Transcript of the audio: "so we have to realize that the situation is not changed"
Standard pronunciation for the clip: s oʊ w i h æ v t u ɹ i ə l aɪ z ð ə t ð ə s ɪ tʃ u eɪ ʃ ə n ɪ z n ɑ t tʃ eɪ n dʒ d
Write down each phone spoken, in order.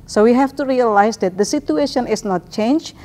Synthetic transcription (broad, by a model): s oʊ w i h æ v t u ɹ i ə l aɪ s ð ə t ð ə s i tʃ u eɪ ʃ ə n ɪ s n ɑ t tʃ eɪ n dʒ